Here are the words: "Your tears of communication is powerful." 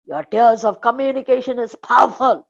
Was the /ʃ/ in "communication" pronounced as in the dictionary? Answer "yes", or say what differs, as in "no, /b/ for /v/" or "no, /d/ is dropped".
yes